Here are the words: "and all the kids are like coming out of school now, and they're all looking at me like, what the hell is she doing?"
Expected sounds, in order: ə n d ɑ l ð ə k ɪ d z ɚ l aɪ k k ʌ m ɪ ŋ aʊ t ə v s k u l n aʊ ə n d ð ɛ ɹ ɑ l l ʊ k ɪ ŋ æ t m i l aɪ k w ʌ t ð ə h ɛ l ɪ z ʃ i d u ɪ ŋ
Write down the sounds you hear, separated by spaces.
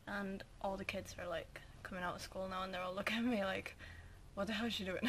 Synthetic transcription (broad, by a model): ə n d ɑ l ð ə k ɪ d z ɚ l aɪ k k ʌ m ɪ ŋ aʊ t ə s k u l n aʊ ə n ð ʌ ɹ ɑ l l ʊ k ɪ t m i l aɪ k w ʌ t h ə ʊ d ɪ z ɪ d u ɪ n